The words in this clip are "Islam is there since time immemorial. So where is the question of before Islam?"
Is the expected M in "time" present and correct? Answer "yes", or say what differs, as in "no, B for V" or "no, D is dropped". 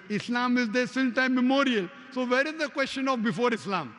no, M is dropped